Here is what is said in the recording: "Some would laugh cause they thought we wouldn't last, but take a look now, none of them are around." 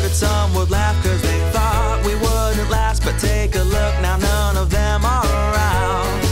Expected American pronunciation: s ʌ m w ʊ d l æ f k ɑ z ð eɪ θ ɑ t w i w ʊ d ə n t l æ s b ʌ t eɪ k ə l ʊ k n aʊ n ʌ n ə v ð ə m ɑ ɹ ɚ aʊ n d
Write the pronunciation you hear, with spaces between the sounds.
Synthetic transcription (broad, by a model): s ʌ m w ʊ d l æ f k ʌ z ð eɪ θ ɑ t w i w ʊ d n t l æ s b ʌ t eɪ k ə l ʊ k n aʊ n ʌ n ə v ð ə m ɑ l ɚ aʊ n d